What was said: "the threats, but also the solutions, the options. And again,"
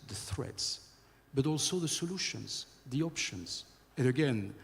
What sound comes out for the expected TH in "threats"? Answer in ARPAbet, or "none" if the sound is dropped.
TH